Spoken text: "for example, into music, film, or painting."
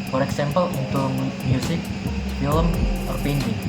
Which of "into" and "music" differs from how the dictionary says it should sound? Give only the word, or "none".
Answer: music